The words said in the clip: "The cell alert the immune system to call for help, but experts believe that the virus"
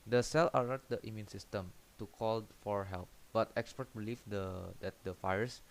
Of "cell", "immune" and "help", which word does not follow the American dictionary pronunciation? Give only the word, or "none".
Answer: none